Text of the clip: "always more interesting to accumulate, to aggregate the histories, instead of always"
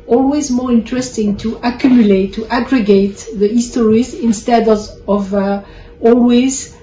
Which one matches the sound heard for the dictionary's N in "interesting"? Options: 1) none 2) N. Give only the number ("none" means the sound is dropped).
2